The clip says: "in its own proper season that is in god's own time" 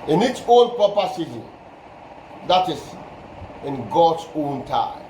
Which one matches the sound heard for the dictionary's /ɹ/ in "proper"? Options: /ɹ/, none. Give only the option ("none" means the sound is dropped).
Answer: none